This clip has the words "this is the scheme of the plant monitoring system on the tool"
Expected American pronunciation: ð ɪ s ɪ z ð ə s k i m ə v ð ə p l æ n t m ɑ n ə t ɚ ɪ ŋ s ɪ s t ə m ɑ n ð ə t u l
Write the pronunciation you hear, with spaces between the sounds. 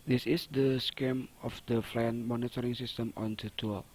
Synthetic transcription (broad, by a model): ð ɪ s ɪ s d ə s k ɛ m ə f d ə f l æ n m ɑ n ə t ɚ ɪ ŋ s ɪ s t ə m ɑ n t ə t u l